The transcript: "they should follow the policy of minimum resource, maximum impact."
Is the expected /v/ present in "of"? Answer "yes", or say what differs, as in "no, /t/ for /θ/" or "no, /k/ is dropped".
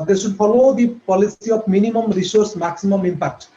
no, /p/ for /v/